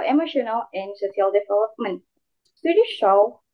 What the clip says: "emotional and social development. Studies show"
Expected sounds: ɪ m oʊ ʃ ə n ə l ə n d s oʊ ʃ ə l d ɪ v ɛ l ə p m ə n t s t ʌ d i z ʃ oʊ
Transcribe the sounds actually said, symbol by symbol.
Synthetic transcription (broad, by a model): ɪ m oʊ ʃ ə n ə l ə n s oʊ s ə l d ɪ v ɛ l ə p m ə n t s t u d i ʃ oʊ